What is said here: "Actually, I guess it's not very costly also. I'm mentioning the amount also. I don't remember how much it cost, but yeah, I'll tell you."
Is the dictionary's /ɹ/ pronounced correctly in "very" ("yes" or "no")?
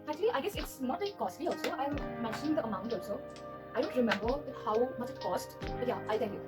no